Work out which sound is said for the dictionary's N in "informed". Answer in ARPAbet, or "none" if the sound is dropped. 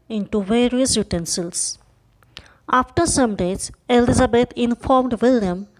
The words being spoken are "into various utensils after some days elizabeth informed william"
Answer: N